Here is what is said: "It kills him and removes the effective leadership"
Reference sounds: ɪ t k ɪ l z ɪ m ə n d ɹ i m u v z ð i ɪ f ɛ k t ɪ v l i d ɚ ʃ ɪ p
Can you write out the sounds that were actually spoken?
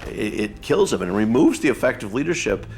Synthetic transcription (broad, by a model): ɪ t k ɪ l z ɪ m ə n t ɹ i m u v z ð i ɪ f ɛ k t ɪ v l i d ɚ ʃ ɪ p